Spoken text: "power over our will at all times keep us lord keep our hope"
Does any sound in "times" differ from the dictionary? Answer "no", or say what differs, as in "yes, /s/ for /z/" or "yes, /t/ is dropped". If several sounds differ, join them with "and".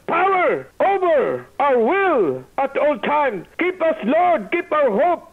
yes, /z/ is dropped